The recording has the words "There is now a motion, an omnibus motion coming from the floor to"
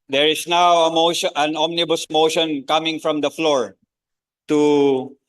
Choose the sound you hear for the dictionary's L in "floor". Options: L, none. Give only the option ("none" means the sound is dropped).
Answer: L